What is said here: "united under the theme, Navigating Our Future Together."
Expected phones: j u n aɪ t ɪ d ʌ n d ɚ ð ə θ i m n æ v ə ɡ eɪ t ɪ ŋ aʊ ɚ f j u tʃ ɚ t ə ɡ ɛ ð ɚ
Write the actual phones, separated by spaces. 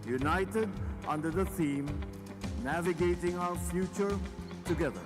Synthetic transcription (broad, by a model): j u n aɪ t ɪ d ʌ n d ɚ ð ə θ i m n æ v ə ɡ eɪ t ɪ ŋ aʊ ɚ f j u tʃ ɚ t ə ɡ ɛ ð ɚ